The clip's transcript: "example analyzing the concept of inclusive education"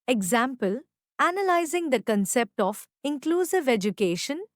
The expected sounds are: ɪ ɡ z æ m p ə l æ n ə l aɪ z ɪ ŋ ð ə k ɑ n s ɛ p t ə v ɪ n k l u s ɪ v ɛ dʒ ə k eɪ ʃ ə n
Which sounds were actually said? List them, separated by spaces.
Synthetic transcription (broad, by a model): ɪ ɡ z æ m p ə l æ n ə l aɪ z ɪ ŋ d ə k ɑ n s ɛ p t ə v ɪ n k l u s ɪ v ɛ dʒ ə k eɪ ʃ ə n